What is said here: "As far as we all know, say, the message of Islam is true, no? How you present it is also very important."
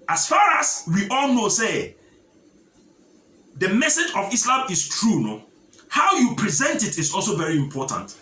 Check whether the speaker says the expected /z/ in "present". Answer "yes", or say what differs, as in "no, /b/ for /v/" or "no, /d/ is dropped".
yes